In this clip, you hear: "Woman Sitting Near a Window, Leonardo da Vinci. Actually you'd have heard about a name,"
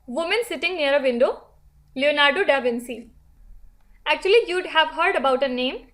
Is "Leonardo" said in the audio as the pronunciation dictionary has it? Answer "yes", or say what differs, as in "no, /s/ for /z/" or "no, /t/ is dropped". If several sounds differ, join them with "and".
yes